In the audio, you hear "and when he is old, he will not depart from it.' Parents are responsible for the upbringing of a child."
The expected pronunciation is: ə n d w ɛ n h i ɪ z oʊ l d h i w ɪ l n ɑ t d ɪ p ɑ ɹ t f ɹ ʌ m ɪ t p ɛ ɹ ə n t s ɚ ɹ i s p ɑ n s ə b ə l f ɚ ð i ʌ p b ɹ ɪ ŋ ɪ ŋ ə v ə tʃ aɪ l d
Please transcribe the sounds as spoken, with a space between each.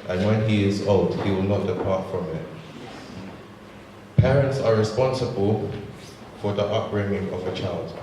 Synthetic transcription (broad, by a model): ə n w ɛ n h i ɪ z oʊ l d h i w ɪ l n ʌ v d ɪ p ɑ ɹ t f ɹ ʌ m ɪ t p ɛ ɹ ə n t s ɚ ɹ i s p ɑ n s ə b ə l f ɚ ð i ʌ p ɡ ɹ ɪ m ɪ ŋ ə v ə tʃ aɪ l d